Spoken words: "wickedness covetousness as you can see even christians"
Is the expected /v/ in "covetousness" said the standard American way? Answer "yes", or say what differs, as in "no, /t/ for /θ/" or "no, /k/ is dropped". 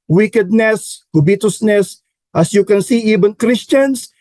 no, /b/ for /v/